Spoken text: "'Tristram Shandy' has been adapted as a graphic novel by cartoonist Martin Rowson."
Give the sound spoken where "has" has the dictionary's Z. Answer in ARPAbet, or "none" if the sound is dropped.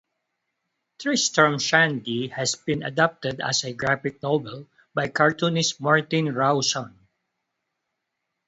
S